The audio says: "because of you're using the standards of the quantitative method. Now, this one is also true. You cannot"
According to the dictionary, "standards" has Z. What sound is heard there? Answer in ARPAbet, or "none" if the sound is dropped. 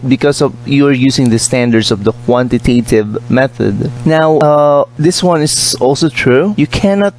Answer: S